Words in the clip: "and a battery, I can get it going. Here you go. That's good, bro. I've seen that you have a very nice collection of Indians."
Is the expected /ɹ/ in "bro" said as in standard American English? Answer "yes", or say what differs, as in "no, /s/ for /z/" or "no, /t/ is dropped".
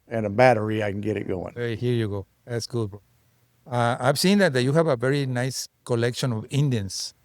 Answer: no, /ɹ/ is dropped